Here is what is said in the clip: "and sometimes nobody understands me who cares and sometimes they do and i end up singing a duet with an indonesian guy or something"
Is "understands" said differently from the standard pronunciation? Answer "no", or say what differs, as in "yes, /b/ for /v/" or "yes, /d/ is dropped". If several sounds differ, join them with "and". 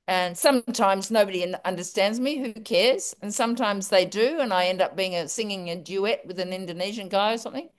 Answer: no